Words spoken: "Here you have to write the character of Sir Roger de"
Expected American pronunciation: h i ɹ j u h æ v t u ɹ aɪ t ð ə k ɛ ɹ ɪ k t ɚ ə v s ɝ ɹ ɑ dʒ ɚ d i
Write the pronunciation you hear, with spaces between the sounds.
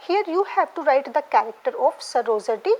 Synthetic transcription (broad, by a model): h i ɹ j u h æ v t u ɹ aɪ t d ə k ɛ ɹ ɪ k t ɚ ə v s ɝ ɹ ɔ z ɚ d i